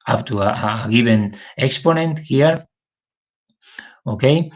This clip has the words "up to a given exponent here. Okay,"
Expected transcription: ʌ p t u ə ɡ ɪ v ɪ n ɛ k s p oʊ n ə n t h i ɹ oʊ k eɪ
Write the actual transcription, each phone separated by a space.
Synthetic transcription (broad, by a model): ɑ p t u ə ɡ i b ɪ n ɛ k s p oʊ n ə n t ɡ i ɹ oʊ k eɪ